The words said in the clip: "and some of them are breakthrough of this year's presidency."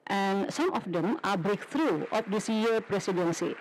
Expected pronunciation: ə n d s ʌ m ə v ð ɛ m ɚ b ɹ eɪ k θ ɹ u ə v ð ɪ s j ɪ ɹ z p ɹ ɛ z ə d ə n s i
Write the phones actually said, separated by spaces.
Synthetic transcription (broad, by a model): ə n s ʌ m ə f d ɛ m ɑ b ɹ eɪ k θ ɹ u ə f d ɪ s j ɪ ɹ p ɹ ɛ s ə d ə n s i